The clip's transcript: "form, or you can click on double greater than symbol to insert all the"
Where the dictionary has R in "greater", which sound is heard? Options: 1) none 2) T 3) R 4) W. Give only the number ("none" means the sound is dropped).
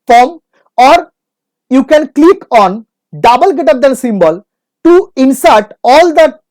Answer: 1